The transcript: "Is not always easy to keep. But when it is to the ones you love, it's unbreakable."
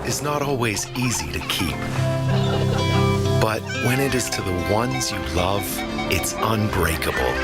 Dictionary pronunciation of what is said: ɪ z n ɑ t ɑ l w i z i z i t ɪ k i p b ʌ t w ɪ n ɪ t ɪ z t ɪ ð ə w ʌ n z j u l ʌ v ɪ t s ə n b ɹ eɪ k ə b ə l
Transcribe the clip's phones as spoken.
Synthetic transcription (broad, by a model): ɪ z n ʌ t ɑ l w i z i z i t ɪ k i p b ʌ t w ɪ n ɪ t ɪ z t ɪ ð ə w ʌ n z j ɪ l ʌ v ɪ t s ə n b ɹ eɪ k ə b l